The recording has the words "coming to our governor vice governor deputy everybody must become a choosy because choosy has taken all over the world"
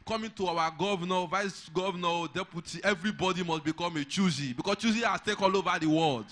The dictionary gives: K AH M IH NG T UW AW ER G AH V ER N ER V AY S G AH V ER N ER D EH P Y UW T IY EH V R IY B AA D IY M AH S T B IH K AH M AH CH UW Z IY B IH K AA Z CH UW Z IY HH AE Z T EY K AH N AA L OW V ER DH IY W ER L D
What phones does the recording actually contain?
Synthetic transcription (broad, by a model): K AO M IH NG T UW AW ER G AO V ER N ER V AY S G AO V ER N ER D EH P Y UW T IY EH V R IY B AA D IY M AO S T B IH K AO M AH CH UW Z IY B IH K AA S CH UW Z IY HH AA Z T EY K AA L OW V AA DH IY W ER L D